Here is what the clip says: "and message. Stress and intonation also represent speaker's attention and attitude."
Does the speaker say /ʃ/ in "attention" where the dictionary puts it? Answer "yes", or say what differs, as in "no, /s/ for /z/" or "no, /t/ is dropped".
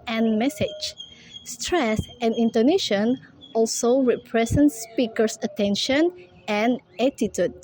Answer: yes